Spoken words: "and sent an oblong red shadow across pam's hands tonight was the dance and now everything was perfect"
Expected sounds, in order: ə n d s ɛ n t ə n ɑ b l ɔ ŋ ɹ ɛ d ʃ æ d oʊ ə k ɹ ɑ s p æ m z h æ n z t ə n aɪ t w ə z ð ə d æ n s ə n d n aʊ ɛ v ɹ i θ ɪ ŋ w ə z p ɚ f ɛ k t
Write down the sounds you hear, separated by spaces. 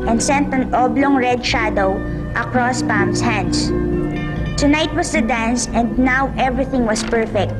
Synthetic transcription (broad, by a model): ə n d s ɛ n t ə n ɑ b l ɔ ŋ ɹ ɛ d ʃ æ d oʊ ə k ɹ ɑ s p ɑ m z h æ n s t ə n aɪ t w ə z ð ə d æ n s ə n d n aʊ ɛ v ɹ i θ ɪ ŋ w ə s p ɚ f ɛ k t